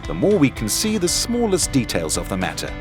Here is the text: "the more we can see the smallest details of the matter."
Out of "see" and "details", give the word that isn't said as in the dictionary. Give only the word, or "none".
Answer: none